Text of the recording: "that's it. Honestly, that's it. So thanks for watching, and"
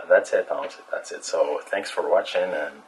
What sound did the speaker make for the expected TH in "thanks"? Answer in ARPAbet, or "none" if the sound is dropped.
TH